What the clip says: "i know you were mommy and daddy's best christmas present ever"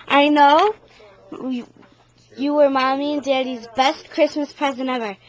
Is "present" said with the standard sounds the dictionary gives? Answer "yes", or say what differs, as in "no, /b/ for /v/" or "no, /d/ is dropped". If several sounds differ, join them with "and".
no, /t/ is dropped